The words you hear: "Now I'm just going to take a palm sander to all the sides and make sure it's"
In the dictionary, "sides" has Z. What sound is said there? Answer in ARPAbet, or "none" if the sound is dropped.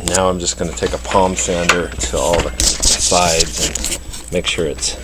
Z